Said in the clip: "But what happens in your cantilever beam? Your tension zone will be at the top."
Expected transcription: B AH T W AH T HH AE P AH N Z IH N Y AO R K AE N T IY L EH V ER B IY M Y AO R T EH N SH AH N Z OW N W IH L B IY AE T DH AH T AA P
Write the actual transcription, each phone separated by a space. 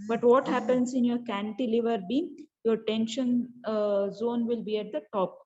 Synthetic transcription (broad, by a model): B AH T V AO T HH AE P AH N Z IH N Y AO R K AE N T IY L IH V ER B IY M Y AO R T EH N SH AH N Z OW N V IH L B IY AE T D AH T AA P